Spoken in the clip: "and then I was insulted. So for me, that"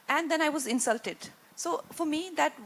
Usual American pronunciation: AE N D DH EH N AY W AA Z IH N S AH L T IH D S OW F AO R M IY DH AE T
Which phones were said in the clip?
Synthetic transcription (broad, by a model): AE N D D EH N AY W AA Z IH N S AH L T IH D S OW F AO R M IY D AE T